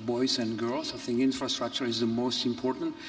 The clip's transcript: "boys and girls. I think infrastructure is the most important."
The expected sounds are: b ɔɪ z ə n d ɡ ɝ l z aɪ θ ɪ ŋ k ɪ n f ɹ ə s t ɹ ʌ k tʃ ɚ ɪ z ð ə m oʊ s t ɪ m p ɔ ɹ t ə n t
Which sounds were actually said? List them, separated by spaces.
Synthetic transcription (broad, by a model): b ɔɪ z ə n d ɡ ɝ l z aɪ θ ɪ ŋ k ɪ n f ɹ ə s t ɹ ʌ k tʃ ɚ ɪ z ð ə m oʊ s t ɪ m p ɔ ɹ t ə n t